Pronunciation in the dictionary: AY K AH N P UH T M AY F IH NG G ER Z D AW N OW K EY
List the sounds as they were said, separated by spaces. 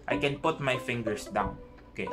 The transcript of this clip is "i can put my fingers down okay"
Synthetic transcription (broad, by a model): AY K AH N P UH T M AY F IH NG G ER S D AW N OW K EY